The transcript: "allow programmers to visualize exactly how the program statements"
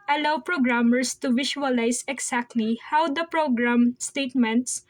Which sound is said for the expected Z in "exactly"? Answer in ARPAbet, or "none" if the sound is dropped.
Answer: S